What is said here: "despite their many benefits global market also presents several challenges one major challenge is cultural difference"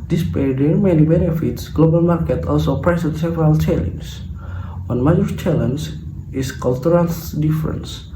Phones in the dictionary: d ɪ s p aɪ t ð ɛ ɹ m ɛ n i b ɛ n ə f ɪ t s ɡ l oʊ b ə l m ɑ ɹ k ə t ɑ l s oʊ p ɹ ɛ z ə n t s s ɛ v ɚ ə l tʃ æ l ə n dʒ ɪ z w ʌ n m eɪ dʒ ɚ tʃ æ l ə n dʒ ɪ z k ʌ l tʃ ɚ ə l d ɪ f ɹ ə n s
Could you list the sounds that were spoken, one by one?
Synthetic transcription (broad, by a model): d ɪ s p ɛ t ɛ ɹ m ɛ n i b ɛ n ə f ɪ t s ɡ l oʊ b ə l m ɑ ɹ k ə t ɑ l s oʊ p ɹ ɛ s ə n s s ɛ v ɚ ə l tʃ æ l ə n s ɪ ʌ n m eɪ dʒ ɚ tʃ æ l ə n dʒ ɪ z k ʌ l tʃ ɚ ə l d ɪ f ɹ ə n s